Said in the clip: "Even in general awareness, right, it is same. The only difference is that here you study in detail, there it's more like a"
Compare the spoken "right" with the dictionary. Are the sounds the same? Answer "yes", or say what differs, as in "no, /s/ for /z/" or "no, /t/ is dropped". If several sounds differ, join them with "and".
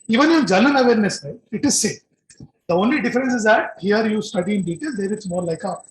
no, /t/ is dropped